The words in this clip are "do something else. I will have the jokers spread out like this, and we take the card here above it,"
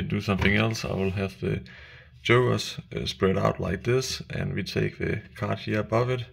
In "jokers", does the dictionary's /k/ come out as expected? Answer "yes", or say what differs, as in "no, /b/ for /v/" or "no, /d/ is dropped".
no, /k/ is dropped